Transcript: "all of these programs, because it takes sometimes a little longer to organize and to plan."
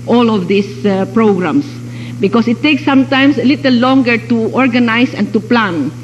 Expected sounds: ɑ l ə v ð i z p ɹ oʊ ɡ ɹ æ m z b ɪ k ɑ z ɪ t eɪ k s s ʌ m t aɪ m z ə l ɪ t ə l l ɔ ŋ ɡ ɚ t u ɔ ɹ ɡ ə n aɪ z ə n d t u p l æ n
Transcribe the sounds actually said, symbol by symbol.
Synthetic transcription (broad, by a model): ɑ l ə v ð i s p ɹ oʊ ɡ ɹ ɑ m s b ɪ k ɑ s ɪ t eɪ k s s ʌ m t aɪ m s ə l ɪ t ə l l ɔ ŋ ɡ ɚ t u ɔ ɹ ɡ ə n aɪ s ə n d t u p l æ n